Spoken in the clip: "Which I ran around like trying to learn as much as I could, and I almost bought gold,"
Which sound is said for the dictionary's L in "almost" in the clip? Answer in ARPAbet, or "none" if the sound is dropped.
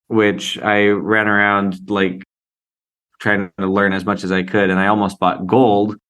L